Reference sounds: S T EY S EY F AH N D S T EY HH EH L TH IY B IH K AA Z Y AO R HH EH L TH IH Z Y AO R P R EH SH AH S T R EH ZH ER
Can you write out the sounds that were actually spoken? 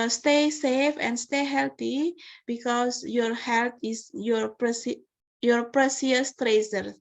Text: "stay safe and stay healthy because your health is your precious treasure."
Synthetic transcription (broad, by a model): S T EY S EY F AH N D S T EY HH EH L T IY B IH K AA S Y AO R HH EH L T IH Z Y AO R P R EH S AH S T R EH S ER